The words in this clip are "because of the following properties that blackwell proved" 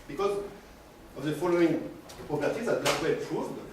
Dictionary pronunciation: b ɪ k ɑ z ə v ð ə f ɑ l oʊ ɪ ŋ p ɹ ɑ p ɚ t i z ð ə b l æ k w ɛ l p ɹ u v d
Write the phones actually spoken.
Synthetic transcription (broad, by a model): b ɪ k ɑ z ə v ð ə f ɑ l oʊ ɪ ŋ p ɑ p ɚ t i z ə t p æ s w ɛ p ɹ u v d